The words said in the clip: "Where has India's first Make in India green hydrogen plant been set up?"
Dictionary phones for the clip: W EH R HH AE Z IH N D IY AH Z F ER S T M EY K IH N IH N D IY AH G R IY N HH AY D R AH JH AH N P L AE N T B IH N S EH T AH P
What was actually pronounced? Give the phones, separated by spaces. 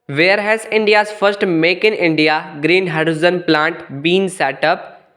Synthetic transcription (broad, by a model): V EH R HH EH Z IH N D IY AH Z F ER S T M EY K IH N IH N D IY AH G R IY N HH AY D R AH Z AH N P L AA N T B IH N S EH T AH P